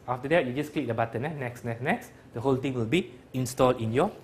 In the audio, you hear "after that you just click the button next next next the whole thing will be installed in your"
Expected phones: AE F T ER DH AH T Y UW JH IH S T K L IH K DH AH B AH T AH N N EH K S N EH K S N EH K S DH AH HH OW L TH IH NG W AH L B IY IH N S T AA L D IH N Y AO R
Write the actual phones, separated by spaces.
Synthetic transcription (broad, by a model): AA F T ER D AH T Y UW JH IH S K L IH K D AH B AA T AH N N EH K S N EH K S N EH K S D AH HH OW L T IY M W AH L B IY IH N S T AA L D IH N Y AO